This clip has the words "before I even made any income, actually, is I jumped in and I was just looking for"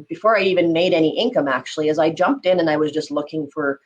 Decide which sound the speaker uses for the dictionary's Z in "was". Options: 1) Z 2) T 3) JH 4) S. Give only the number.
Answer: 1